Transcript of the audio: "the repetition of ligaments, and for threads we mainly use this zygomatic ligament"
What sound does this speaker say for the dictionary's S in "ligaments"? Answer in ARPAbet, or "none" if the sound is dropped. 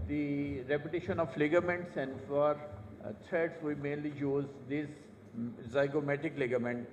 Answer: S